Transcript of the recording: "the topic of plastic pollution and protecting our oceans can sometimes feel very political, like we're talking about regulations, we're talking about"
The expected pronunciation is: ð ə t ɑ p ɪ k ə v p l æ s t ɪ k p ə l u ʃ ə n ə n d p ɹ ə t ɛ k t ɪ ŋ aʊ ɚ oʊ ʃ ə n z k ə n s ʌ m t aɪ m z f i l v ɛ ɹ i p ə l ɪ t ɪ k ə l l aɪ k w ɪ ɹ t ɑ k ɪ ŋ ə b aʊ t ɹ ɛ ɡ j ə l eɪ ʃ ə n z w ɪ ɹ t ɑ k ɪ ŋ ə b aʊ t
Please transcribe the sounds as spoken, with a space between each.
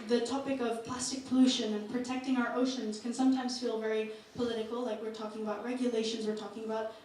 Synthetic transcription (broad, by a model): ð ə t ɑ p ɪ k ə v p l æ s t ɪ k p ə l u ʃ ə n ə n p ɹ ə t ɛ k t ɪ ŋ aʊ ɚ oʊ ʃ ə n z k ə n s ʌ m t aɪ m z f i l v ɛ ɹ i p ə l ɪ t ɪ k l l aɪ k w ɪ ɹ t ɑ k ɪ ŋ ə b aʊ t ɹ ɛ ɡ j ə l eɪ ʃ ə n z w ɪ ɹ t ɑ k ɪ ŋ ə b aʊ t